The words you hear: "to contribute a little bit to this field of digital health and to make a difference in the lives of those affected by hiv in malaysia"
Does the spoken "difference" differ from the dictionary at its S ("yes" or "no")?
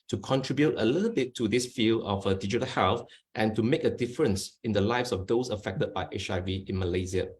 no